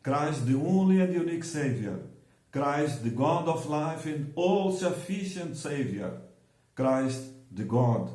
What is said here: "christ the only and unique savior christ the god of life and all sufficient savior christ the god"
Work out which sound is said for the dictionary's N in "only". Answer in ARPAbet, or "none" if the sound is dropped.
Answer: N